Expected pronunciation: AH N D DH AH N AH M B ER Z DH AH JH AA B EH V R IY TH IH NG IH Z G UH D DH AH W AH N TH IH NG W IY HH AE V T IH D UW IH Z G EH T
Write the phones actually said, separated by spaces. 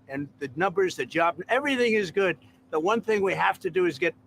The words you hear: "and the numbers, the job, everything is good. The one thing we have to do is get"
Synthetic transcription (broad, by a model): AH N DH AH N AH M B ER Z DH AH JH AA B EH V R IY TH IH NG IH Z G UH D DH AH W AH N TH IH NG W IY HH AE F T IH D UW IH Z G EH T